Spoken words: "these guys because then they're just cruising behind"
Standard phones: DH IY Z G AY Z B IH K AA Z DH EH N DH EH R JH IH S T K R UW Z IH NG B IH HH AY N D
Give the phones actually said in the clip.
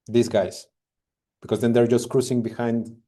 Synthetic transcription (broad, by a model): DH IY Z G AY S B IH K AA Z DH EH N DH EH R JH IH S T K R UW S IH NG B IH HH AY N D